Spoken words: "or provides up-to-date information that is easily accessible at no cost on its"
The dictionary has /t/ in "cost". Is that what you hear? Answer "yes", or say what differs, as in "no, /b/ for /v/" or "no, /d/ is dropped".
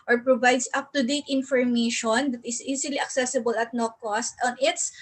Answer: yes